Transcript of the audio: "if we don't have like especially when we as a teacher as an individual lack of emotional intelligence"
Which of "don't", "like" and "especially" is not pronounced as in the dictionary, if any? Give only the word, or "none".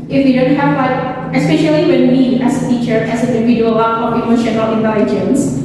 like